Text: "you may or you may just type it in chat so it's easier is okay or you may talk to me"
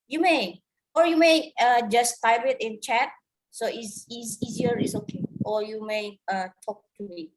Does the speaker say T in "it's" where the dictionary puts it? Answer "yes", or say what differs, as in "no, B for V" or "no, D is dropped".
no, S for T